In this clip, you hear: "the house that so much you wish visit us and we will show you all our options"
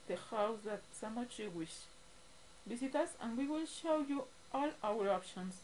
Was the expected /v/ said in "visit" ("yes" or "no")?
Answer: no